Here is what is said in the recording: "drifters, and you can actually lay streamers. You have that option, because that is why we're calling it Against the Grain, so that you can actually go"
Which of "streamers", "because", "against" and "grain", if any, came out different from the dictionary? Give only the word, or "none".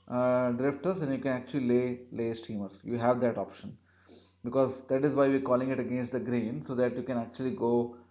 streamers